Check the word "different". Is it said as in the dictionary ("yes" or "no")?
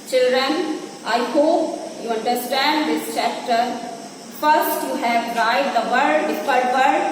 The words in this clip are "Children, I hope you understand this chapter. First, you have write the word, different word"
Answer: no